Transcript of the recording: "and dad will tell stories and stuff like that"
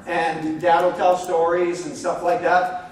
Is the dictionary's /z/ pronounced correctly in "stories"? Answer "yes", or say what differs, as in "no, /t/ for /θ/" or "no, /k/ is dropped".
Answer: yes